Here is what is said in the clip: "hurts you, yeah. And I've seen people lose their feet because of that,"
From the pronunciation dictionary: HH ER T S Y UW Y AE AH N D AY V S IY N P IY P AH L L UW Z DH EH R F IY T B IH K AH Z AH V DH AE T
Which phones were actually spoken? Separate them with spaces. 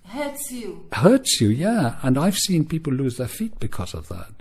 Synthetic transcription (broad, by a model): HH ER T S Y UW Y AE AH N AY V S IY N P IY P L L UW Z DH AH R F IY T B IH K AH Z AH V DH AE T